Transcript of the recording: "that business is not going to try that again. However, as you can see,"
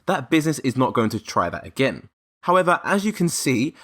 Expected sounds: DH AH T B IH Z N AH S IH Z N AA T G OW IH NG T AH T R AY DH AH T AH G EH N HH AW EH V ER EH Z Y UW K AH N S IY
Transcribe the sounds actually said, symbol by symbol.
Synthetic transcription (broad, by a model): DH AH T B IH Z N AH S IH Z N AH T G OW IH NG T AH T R AY DH AH T AH G EH N HH AW EH V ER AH Z Y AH K AH N S IY